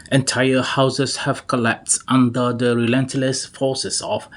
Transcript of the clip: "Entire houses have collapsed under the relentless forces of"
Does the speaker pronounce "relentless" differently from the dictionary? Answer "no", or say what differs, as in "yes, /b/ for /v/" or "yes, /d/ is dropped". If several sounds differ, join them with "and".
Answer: no